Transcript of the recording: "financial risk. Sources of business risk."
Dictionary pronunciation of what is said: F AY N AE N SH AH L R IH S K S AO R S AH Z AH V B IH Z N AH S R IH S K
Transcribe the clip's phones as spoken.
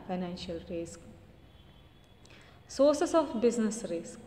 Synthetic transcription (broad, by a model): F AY N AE N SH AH L R IH S K S AO R S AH S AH F B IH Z N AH S R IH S K